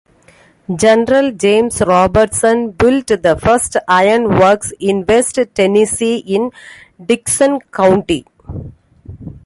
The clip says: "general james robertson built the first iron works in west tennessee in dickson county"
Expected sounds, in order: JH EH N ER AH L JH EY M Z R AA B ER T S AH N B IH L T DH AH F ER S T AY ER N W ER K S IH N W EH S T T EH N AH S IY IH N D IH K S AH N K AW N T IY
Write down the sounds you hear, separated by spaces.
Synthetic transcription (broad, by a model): JH EH N ER AH L JH EY M S R AA B ER T S AH N B IH L T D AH F ER S T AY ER N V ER K S IH N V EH S T T EH N AH S IY IH N D IH K S AH N K AW N T IY